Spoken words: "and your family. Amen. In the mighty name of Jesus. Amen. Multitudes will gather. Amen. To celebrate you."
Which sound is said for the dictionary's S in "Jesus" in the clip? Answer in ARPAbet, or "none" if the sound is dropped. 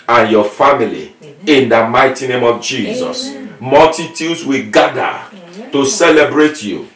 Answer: S